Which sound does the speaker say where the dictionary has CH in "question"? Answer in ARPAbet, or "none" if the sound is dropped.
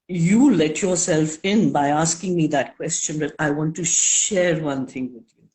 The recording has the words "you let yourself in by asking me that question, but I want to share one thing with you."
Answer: CH